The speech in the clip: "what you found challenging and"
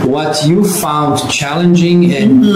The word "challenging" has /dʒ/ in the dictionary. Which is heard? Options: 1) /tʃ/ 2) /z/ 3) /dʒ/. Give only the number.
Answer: 3